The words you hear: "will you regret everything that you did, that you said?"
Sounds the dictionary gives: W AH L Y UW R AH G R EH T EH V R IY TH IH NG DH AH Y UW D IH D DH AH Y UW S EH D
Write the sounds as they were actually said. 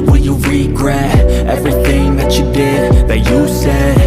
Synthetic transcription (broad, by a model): W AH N Y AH R AH G R EH T EH V R IY TH IH NG DH AH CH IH D IH D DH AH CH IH S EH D